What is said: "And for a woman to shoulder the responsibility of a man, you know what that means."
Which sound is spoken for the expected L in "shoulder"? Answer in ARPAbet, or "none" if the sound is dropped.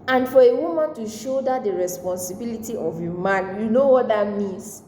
none